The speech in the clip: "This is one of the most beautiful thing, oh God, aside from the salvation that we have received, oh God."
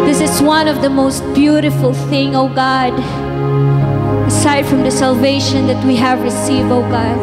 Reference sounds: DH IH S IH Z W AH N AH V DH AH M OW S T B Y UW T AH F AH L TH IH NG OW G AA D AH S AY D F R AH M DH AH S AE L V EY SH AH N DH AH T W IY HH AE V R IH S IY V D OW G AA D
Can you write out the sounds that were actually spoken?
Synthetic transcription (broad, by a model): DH IH S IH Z W AH N AH V DH AH M OW S T B Y UW T AH F AH L TH IH NG OW G AA D AH S AY D F R AH M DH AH S AE L V EY SH AH N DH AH T W IY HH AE V R IH S IY V D OW G AA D